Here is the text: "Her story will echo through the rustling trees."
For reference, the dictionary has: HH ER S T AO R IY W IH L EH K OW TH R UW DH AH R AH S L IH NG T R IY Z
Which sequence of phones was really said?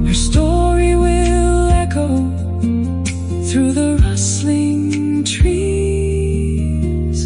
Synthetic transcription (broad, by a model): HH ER S T AO R IY W IH L EH K OW TH R UW DH AH R AH S L IH NG T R IY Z